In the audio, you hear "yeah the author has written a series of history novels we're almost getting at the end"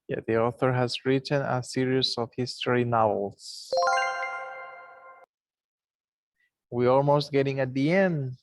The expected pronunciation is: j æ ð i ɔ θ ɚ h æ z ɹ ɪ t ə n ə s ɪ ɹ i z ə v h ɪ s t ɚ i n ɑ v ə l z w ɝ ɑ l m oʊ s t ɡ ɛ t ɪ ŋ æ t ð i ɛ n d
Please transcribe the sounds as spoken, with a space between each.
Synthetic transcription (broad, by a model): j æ ð i ɔ θ ɚ h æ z ɹ ɪ t ə n ə s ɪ ɹ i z ə v h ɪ s t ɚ i n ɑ v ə l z w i ɑ l m oʊ s t ɡ ɛ t ɪ ŋ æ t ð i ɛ n d